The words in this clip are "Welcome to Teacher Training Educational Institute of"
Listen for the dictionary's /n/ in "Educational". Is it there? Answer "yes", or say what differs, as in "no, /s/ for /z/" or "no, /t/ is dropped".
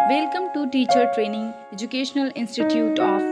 yes